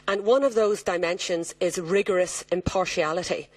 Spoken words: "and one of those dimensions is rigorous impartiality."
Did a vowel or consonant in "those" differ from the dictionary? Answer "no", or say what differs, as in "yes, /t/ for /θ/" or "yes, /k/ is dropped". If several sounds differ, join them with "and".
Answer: no